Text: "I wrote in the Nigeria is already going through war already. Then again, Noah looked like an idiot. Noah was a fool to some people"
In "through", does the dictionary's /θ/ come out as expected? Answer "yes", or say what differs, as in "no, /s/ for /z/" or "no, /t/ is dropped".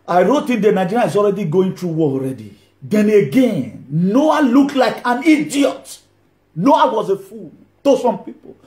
no, /t/ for /θ/